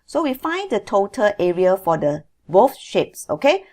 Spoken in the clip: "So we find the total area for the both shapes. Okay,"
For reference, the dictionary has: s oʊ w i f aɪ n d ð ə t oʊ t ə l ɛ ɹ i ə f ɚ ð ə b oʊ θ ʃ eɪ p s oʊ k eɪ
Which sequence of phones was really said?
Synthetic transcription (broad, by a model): s oʊ w i f aɪ n d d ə t oʊ t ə l ɛ ɹ i ə f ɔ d ə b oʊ f ʃ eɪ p s oʊ k eɪ